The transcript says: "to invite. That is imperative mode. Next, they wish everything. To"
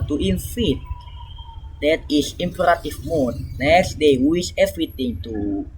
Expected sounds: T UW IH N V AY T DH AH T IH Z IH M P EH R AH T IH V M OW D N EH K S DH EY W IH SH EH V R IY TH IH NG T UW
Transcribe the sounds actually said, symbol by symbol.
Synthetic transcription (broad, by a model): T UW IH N F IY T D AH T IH S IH M P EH R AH T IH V M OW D N EH K S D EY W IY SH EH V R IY T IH NG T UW